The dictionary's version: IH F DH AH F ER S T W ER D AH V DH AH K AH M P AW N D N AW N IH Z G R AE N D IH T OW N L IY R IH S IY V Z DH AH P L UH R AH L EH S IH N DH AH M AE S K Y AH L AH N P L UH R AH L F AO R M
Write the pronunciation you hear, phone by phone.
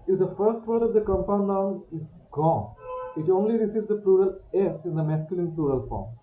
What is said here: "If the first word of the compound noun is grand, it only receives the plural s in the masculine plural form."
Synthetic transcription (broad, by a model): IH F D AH F ER S T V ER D AH V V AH K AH M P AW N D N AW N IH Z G AO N IH T OW N L IY R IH S IY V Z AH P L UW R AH L EH S IH N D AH M AE S K Y AH L AH N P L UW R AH L F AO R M